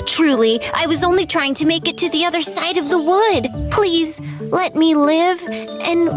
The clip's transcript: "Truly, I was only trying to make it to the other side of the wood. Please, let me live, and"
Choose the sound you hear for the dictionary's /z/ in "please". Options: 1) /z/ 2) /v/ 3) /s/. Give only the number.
1